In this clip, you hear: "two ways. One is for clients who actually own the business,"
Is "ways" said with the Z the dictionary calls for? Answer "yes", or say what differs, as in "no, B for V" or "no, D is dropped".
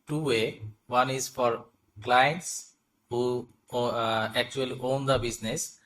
no, Z is dropped